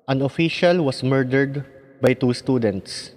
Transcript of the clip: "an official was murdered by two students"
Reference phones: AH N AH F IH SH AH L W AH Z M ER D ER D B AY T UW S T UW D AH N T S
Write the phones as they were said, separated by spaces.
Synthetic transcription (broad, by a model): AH N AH F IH SH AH L W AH S M ER D ER D B AY T UW S T UW D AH N T S